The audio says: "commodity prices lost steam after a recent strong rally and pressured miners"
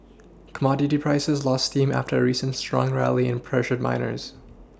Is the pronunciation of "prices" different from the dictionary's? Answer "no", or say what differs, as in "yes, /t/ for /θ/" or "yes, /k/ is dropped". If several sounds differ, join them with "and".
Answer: no